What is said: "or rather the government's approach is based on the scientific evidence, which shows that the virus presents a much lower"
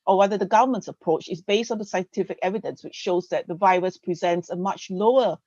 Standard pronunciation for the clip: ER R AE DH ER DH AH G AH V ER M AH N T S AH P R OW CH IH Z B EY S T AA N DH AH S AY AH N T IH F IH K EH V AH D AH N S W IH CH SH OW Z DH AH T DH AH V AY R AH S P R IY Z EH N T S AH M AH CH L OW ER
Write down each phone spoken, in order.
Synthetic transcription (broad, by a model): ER W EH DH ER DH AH G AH V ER M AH N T S AH P R OW CH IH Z B EY S T AA N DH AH S AY AH N T IH F IH K EH V AH D AH N S W IH CH SH OW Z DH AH T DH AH V AY R AH S P R IY Z EH N T S AH M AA CH L OW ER